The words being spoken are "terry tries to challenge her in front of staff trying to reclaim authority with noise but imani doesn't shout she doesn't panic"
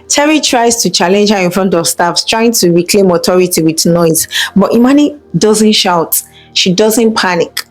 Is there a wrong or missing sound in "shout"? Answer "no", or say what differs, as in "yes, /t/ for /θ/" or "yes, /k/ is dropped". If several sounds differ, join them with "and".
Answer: no